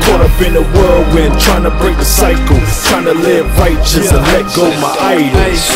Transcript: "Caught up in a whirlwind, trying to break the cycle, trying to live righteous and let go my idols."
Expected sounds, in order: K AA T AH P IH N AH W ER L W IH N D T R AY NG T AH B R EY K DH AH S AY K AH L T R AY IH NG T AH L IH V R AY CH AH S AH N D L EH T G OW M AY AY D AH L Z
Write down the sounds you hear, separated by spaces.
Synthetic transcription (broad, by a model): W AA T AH B IH N AH W ER L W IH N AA T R AY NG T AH B R EY K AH S AY K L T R AY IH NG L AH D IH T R AY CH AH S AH N L EH T G OW M AY AY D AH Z